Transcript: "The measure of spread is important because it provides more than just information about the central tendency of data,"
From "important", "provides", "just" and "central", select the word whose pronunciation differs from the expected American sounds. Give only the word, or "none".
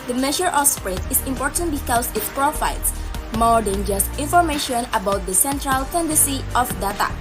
provides